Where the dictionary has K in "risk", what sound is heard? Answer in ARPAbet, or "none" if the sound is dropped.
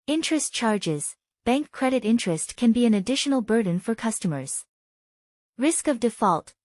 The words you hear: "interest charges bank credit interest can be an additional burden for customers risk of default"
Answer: K